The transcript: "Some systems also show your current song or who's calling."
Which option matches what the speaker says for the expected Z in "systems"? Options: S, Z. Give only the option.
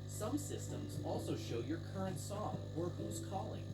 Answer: Z